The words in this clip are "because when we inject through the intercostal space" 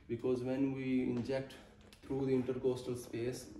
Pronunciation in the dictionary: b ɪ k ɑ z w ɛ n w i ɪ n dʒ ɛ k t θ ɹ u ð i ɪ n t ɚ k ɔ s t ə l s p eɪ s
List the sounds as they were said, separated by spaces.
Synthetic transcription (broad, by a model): b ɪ k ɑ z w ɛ n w i ɪ n dʒ ɛ k t t ɹ u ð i ɪ n t ɚ k ɔ s t ə l s p eɪ s